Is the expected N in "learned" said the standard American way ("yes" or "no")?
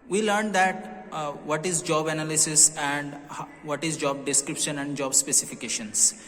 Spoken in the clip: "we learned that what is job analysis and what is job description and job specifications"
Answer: yes